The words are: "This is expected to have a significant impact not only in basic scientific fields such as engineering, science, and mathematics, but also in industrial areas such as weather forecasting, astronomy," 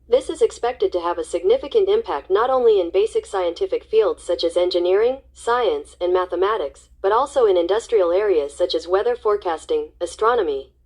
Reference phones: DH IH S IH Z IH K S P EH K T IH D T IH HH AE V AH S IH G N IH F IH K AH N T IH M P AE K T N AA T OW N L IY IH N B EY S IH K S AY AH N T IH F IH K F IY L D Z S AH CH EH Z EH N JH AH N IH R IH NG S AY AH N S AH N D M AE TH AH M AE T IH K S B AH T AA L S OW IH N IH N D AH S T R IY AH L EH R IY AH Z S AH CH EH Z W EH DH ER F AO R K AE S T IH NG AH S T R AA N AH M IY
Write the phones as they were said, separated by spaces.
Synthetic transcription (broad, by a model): DH IH S IH Z IH K S P EH K T IH D T IH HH V AH S IH G N IH F IH K AH N T IH M P AE K T N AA T OW N L IY IH N B EY S IH K S AY AH N T IH F IH K F IY L D Z S AH CH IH Z EH N JH AH N IH R IH NG S AY AH N S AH N M AE TH AH M AE T IH K S B AH T AA L S OW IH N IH N D AH S T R IY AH L EH R IY AH Z S AH CH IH Z W EH DH ER F AO R K AE S T IH NG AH S T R AA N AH M IY